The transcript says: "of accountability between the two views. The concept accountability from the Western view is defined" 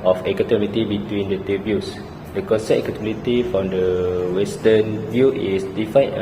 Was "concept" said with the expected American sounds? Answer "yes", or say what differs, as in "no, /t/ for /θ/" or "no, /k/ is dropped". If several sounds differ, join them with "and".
no, /p/ is dropped